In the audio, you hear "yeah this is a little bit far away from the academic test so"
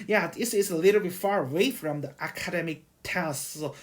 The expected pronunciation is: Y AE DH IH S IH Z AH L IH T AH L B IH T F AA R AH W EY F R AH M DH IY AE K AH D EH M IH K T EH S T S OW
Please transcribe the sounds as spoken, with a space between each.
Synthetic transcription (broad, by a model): Y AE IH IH S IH S AH L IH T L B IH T F AA R AH W EY F R AH M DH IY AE K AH D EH M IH K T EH S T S OW